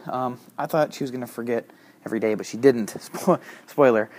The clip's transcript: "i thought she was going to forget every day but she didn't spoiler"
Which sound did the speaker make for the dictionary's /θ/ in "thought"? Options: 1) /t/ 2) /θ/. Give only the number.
2